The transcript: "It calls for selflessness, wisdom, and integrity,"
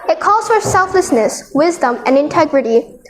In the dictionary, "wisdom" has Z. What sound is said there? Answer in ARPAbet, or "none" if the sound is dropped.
Z